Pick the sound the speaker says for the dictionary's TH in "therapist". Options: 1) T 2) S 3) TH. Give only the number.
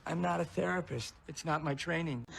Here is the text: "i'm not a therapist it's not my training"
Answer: 3